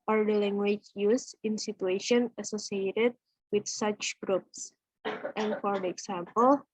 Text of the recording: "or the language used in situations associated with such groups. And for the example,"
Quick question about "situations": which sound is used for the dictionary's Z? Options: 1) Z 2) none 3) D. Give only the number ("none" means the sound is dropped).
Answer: 2